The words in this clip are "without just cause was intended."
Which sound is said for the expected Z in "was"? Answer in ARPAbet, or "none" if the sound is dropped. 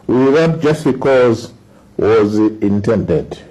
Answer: Z